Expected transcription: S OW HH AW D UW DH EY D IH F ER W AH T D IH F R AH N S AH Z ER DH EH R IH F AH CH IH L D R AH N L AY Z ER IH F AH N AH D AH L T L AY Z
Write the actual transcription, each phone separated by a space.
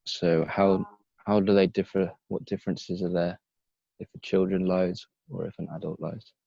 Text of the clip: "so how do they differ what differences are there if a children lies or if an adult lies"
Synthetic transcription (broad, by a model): S OW HH AW D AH DH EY D IH F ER W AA T D IH F R AH N S AH Z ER DH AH IH F AH CH IH L D R AH N L AY Z ER IH F AH N AH D AH L T L AY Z